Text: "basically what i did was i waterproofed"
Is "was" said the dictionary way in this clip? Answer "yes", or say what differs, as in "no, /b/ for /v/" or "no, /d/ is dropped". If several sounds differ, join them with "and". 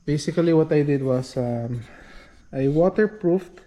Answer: no, /s/ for /z/